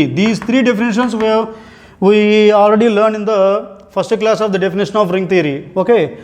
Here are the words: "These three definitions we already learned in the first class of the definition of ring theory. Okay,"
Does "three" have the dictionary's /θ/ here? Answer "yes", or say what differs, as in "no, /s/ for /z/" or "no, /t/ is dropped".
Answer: no, /t/ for /θ/